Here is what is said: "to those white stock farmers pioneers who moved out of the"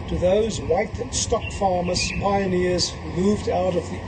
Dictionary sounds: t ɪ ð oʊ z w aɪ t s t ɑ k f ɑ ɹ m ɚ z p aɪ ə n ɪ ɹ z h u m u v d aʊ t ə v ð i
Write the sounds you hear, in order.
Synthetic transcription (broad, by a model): t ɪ ð oʊ z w aɪ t s t ɑ k f ɑ ɹ m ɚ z p aɪ ə n ɪ ɹ z h u m u v d aʊ t ə v ð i